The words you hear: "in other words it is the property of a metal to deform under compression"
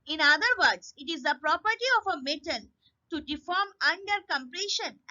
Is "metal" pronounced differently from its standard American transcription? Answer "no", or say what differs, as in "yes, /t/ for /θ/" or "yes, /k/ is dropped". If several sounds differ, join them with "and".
yes, /n/ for /l/